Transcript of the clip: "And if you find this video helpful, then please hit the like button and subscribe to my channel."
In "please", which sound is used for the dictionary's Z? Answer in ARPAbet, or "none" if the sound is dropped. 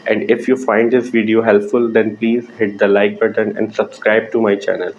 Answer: Z